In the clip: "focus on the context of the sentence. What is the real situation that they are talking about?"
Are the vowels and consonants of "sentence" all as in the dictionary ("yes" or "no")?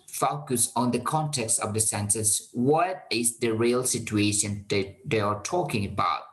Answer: no